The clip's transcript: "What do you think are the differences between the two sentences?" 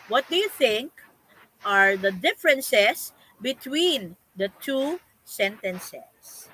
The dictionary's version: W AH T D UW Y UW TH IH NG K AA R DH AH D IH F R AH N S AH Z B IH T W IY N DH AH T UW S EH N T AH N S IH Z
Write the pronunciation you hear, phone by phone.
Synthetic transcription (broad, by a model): W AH T D UW Y UW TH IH NG K AA R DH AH D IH F R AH N S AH S B IH T W IY N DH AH T UW S EH N T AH N S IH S